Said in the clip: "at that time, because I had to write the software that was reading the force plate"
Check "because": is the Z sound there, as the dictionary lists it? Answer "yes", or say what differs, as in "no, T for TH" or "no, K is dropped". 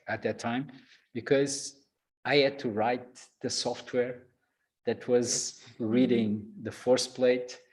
yes